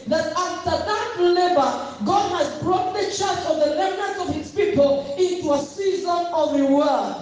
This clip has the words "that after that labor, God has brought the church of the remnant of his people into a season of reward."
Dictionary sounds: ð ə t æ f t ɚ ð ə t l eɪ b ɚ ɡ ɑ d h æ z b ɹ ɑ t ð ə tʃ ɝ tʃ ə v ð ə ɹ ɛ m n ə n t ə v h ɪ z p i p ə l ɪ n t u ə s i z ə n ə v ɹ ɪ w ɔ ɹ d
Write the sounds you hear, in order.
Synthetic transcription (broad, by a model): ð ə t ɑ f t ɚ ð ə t l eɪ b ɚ ɡ ɑ d h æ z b ɹ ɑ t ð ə tʃ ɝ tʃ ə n ð ə l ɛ n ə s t ə v h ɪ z p i p ə l ɪ n t u ə s i z ə n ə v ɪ w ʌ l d